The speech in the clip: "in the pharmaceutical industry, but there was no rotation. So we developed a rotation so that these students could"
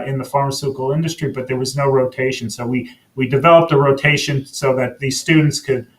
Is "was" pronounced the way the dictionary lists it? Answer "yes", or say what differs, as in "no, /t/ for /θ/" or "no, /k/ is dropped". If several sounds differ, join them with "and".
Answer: yes